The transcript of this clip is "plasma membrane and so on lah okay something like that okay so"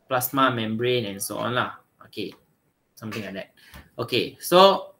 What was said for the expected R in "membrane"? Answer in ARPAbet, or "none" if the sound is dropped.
R